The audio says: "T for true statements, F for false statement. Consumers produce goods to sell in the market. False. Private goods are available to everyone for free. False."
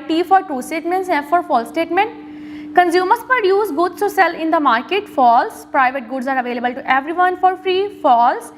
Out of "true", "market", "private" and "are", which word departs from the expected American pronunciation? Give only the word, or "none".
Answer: true